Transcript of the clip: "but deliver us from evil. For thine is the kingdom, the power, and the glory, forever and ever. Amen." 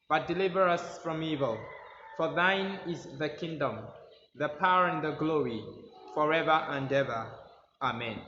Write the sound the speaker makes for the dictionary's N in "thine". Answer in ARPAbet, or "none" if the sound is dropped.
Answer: N